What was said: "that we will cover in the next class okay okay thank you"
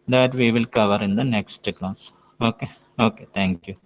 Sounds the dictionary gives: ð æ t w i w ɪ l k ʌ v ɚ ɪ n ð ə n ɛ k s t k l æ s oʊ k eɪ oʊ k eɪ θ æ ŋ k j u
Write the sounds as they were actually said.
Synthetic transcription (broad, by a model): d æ t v i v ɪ l k ʌ v ɚ ɪ n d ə n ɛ k s t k n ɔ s oʊ k eɪ oʊ k eɪ t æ ŋ k j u